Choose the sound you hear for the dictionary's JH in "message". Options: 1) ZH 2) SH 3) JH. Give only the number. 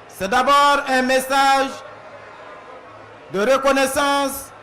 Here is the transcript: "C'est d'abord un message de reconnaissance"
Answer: 1